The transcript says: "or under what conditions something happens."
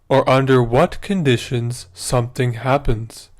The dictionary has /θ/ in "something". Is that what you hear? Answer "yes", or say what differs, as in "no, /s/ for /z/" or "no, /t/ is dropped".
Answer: yes